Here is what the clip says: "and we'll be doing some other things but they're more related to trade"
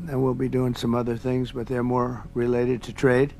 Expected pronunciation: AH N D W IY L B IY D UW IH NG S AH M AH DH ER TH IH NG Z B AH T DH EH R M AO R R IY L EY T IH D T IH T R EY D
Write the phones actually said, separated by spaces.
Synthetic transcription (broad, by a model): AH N W IY L B IY D UW IH NG S AH M AH DH ER TH IH NG Z B AH T DH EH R M AO R R IY L EY T IH D T IH T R EY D